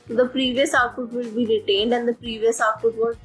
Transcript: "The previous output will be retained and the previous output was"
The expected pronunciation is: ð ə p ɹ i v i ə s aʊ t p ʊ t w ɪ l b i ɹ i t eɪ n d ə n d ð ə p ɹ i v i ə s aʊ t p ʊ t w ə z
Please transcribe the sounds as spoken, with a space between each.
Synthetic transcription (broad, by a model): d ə p ɹ i v i ə s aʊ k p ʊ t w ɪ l b i ɹ i t eɪ n d ə n d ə p ɹ i v i ə s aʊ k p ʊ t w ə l